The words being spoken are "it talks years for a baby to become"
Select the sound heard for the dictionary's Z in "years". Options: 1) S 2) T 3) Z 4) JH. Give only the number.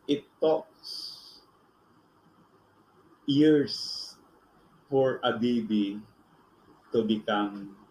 1